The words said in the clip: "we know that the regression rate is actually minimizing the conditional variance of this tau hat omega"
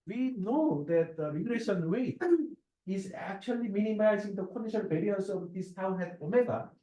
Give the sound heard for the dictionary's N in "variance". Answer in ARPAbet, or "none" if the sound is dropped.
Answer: none